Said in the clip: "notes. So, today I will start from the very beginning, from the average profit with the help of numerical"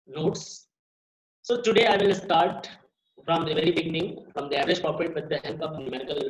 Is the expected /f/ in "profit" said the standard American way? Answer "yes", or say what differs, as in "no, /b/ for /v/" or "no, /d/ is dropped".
no, /p/ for /f/